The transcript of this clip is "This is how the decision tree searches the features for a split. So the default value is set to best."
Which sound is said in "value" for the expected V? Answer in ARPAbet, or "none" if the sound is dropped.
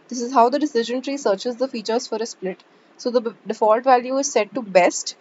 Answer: V